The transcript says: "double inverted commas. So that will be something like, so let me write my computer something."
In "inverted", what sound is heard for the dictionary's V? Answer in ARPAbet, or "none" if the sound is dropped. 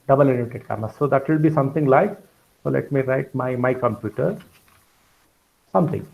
none